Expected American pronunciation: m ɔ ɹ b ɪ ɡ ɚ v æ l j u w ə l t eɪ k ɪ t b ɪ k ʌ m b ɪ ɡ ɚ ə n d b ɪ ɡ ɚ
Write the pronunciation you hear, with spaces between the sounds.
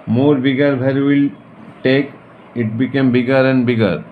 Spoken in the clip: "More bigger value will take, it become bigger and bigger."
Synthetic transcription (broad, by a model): m ɔ ɹ b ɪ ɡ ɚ b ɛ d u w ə l t eɪ k ɪ t b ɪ k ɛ m b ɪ ɡ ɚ ə n d b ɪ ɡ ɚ